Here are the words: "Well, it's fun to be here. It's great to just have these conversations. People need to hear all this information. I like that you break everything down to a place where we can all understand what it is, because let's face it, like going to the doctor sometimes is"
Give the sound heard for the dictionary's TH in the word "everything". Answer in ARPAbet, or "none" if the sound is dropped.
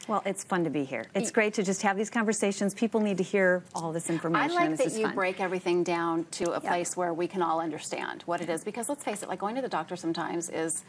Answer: TH